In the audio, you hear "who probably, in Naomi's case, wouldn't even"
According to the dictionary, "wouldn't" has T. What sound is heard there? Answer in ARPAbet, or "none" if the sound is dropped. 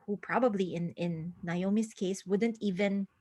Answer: T